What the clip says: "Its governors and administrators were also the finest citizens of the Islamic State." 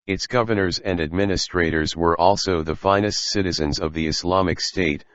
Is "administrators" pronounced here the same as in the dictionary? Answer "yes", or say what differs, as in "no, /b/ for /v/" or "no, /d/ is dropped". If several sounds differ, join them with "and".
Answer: yes